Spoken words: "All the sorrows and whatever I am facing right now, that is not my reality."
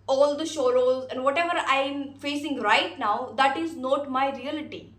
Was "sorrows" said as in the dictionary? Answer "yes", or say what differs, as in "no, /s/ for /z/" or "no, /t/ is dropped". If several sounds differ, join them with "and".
no, /ʃ/ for /s/